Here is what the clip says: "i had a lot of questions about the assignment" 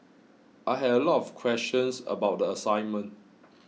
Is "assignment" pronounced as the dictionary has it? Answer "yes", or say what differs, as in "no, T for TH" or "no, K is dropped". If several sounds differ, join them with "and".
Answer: yes